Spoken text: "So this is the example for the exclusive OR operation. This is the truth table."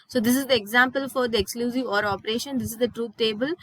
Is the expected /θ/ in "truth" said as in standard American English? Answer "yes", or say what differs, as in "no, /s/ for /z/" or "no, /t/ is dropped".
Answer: no, /t/ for /θ/